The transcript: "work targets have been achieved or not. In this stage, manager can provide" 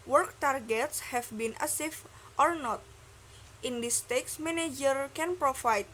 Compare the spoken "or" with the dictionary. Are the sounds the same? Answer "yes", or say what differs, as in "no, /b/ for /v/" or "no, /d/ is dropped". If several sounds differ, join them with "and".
yes